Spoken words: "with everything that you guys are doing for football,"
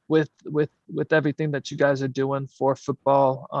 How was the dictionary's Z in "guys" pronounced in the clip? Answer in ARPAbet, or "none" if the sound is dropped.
Z